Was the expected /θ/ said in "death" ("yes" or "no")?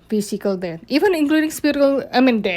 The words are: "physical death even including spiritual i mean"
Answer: no